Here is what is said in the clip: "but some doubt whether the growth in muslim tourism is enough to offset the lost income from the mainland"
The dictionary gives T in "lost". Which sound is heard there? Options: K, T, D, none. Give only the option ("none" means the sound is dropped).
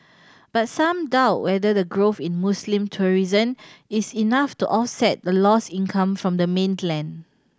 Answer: none